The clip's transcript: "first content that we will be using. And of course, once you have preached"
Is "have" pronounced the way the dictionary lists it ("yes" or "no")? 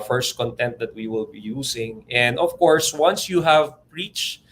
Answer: yes